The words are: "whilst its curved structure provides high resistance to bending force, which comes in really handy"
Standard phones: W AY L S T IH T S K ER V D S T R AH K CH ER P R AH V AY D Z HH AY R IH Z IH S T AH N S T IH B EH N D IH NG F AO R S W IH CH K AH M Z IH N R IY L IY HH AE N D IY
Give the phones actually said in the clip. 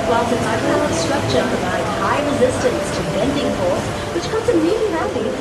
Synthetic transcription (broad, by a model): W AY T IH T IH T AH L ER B S T R AH K CH ER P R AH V AY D HH AY R IH Z IH S T AH N S T IH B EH N D IH NG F AO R S W IH CH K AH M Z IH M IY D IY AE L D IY